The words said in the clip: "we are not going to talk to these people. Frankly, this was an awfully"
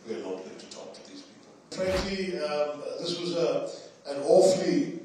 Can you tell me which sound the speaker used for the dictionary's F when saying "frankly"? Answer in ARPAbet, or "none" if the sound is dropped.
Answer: P